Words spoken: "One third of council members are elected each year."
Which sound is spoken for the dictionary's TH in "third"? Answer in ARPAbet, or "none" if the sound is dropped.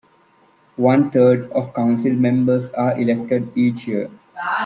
T